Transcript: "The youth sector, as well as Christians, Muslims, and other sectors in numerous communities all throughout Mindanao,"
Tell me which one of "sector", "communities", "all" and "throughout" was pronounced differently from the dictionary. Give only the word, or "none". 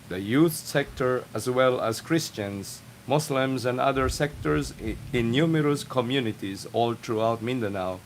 throughout